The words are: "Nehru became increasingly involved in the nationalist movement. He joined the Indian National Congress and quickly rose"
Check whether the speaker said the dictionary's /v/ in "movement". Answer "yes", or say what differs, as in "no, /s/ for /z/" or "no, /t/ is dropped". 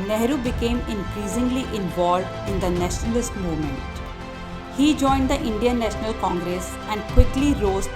no, /v/ is dropped